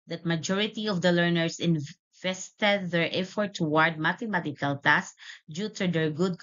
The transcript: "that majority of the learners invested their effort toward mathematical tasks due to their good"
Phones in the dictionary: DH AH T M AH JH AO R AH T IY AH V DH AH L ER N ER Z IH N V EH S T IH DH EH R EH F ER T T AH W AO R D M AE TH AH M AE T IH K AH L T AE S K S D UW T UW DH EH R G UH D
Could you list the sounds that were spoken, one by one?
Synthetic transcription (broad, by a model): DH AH T M AH JH AO R AH T IY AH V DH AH L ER N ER S IH N V EH S T IH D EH R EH F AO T T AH W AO R D M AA T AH M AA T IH K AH L T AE S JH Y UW T UW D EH R G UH D